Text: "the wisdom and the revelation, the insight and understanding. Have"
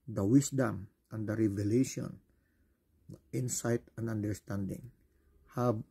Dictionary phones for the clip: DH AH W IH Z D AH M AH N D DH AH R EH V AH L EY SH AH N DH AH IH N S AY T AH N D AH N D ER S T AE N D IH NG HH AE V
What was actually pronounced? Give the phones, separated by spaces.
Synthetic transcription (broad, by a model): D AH W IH S D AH M AH N D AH R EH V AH L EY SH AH N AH IH N S AY T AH N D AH N D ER S T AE N D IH NG HH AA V